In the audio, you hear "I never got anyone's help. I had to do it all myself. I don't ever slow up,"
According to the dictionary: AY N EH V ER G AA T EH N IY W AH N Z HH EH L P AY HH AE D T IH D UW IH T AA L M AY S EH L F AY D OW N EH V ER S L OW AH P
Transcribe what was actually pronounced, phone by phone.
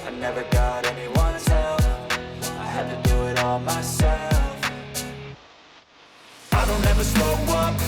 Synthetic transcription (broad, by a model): AY N EH V ER G AA T EH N IY W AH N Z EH L F AY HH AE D T IH D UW IH T AA L M AY S EH L F AY D OW N EH V ER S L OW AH